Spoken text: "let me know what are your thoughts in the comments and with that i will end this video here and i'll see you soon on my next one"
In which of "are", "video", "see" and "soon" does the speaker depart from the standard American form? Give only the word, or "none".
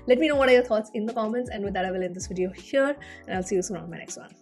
soon